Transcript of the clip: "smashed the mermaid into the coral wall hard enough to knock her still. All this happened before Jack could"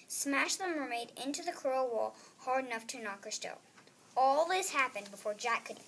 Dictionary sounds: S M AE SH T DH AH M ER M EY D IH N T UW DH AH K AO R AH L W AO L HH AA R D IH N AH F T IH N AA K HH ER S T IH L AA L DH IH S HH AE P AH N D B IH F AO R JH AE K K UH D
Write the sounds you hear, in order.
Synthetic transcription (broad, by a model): S M AE SH DH AH M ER M EY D IH N T UW DH AH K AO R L W AO L HH AA R D IH N AH F T IH N AA K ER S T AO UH AA L DH IH S HH AE P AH N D B IH F AO R JH AE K K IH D